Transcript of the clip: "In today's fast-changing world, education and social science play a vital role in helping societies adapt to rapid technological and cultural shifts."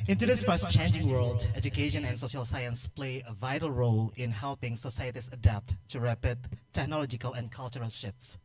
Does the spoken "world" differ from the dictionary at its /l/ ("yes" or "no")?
no